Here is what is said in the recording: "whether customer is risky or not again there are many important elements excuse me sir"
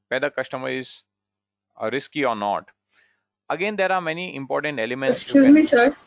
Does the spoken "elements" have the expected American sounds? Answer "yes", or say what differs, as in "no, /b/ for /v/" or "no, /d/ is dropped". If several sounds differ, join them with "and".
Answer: no, /m/ is dropped